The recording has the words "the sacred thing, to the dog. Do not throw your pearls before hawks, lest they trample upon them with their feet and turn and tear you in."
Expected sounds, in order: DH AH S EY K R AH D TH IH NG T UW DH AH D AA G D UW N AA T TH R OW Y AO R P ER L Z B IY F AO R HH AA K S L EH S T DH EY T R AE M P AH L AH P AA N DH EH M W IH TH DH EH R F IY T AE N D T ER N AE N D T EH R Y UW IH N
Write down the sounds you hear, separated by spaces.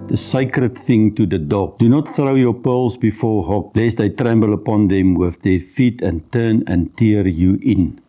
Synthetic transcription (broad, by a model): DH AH S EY K R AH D TH IH NG T UW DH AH D AA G D UW N AA T TH R OW Y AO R P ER L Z B IY F AO R HH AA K L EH S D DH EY T R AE M B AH L AH P AA N DH EH M W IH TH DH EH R F IY T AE N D T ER N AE N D T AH R Y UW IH N